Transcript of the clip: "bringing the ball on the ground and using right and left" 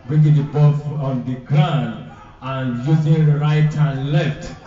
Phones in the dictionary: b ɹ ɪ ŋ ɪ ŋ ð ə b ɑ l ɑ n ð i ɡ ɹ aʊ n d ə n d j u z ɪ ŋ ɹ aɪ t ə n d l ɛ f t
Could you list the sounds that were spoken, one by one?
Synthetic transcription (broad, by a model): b ɹ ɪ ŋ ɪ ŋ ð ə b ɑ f ɑ n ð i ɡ aʊ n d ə n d j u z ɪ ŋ ɹ aɪ t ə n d l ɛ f t